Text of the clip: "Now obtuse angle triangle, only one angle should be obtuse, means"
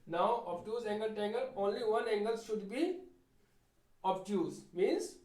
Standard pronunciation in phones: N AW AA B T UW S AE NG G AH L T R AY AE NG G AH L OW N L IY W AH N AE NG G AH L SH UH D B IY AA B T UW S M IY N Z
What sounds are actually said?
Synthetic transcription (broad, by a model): N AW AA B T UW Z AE NG G AH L T EH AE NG G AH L OW N L IY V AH N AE NG G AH L SH UH D B IY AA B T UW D M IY N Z